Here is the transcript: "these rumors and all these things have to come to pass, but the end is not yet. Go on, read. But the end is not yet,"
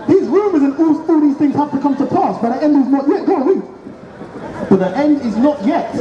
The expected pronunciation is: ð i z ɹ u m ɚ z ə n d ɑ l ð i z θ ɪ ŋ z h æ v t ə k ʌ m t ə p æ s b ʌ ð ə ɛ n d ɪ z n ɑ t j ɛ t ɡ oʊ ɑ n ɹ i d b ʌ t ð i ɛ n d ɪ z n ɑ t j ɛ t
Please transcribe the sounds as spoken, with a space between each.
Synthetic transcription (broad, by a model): ð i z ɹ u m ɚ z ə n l ɑ l ð i z θ ɪ ŋ z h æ f t ə k ʌ m t ə p æ s b ʌ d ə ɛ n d ɪ z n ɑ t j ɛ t ɡ oʊ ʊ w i b ʌ t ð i ɛ n d ɪ z n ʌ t j ɛ t